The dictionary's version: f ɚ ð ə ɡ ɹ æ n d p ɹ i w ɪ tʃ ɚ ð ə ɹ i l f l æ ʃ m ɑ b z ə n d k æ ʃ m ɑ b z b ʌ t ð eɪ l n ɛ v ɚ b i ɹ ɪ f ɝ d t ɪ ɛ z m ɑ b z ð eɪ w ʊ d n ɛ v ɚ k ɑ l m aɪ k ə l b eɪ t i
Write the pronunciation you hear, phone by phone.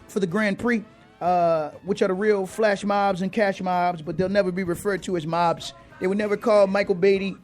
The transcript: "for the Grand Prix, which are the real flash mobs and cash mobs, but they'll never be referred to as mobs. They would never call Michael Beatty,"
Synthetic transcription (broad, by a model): f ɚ ð ə ɡ ɹ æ n p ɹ i w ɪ tʃ ɚ ð ə ɹ i l f l æ ʃ m ɑ b z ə n k æ ʃ m ɑ b z b ʌ t ð eɪ l n ɛ v ɚ b i ɹ ɪ f ɝ d t ɪ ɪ z m ɑ b z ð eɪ w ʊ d n ɛ v ɚ k ɑ l m aɪ k l b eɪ t i